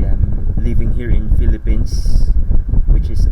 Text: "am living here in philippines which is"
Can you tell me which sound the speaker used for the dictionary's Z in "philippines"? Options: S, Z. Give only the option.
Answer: S